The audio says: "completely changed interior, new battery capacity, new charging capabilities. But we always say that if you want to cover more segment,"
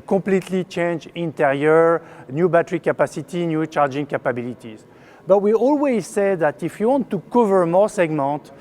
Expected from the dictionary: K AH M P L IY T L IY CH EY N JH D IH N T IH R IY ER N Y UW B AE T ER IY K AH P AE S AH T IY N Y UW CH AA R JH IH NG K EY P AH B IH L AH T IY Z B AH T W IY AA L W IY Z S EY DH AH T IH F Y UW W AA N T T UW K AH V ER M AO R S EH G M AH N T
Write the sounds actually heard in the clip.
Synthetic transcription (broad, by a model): K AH P L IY T L IY CH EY N JH IH N T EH R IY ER N Y UW B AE T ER IY K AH P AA S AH T IY N Y UW CH AA R JH IH NG K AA P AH B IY L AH T IY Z B AH T W IY AA L W IY Z S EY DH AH T IH F Y UW W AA N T T UW K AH V ER M AO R S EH G M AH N T